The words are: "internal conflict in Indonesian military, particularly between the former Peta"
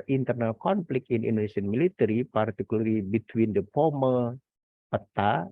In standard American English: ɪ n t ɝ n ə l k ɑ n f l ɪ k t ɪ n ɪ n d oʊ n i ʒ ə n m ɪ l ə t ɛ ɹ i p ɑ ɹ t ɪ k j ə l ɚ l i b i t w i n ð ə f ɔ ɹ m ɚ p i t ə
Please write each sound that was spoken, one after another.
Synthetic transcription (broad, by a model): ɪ n t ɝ n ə l k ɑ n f l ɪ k ɪ n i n d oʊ n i s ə n m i l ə t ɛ ɹ i p ɑ ɹ t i k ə l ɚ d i b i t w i n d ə p ɔ m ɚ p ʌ t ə